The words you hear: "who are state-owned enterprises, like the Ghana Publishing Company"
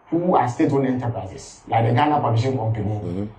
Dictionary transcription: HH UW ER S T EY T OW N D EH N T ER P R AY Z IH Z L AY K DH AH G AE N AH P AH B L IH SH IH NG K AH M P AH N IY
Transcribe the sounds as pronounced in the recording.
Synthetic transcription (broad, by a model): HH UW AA S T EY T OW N EH N T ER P R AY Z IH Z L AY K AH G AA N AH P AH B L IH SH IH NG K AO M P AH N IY